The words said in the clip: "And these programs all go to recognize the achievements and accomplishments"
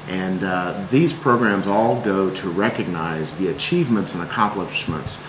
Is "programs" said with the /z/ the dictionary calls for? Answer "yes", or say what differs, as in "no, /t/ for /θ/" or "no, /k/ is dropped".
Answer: yes